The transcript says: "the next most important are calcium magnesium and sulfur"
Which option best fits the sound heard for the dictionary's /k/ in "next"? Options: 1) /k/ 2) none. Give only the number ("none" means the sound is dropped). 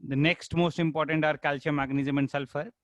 1